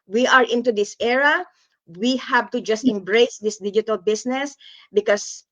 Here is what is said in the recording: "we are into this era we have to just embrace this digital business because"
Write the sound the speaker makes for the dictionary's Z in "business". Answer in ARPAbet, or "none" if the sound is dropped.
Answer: S